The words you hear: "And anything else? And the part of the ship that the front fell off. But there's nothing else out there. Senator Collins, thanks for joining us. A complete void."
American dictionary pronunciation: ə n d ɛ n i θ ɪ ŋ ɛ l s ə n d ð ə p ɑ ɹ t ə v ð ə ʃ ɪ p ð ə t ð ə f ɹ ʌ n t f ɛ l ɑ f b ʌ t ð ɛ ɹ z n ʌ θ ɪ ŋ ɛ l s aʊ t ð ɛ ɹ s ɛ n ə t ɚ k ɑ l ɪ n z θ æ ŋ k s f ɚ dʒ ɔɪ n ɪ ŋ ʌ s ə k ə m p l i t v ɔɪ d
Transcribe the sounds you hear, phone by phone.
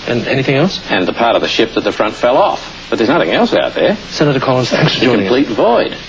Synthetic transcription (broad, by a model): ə n ɛ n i θ ɪ ŋ ɛ l s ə n ð ə p ɑ ɹ t ə v ð ə ʃ ɪ p ð ə t ð ə f ɹ ʌ n t f ɛ l ɑ f b ʌ t ð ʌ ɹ z n ʌ θ ɪ ŋ ɛ l s aʊ t ð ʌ ɹ s ɛ n ə t ɚ k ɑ l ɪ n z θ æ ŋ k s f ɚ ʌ ə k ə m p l i t v ɔɪ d